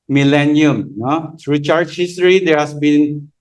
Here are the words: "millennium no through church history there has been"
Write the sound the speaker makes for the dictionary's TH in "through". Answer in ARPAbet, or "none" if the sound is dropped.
T